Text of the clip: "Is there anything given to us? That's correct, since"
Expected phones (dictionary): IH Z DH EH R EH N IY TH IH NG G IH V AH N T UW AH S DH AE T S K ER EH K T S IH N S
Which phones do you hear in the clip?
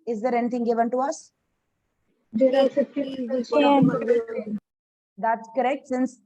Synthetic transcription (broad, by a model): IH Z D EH R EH N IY T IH NG G IH V AH N T UW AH S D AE T S K ER EH K T S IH N S